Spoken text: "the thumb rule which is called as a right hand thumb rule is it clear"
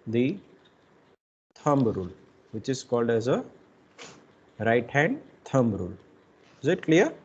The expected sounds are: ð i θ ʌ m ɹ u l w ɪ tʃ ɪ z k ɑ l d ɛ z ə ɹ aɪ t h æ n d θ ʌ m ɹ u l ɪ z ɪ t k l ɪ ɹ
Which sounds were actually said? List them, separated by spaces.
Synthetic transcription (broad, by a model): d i t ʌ m ɹ u l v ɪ tʃ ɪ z k ɑ l d ɛ z ə ɹ aɪ t h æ n d t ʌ m ɹ u l ɪ z ɪ t k l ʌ ɹ